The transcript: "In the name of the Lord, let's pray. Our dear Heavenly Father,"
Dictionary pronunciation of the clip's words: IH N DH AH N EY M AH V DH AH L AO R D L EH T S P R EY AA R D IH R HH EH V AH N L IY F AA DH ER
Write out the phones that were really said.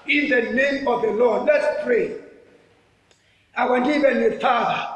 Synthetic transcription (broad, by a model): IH N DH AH N EY M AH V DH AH L AO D L EH T S P R EY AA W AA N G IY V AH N IY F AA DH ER